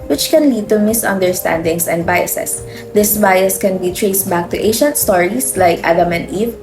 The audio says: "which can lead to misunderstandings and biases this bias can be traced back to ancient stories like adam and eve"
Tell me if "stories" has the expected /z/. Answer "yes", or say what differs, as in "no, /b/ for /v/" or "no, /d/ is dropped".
no, /s/ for /z/